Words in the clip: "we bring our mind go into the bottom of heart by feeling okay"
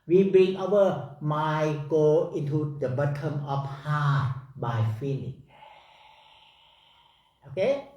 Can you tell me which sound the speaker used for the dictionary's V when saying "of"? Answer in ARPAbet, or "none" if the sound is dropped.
F